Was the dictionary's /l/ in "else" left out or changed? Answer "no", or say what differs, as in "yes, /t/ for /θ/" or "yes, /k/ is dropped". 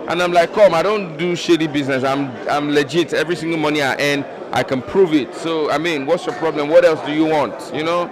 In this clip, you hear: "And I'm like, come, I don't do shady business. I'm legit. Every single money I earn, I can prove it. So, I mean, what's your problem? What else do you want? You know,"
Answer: no